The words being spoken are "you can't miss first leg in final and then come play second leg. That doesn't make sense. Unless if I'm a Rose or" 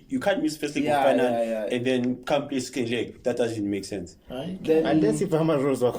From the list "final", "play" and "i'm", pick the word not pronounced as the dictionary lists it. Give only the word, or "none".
final